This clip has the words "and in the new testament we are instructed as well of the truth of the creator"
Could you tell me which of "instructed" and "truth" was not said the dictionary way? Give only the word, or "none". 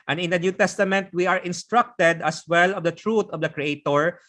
truth